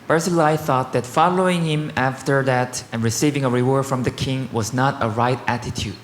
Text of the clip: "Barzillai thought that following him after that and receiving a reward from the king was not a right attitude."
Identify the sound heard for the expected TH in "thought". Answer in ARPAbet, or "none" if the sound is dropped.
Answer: TH